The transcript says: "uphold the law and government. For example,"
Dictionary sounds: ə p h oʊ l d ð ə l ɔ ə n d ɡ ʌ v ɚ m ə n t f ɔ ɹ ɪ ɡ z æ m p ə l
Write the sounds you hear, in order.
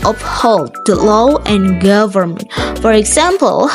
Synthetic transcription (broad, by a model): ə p h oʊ l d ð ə l ɔ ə n ɡ ʌ v ɚ m ə n t f ɔ ɹ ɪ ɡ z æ m p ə l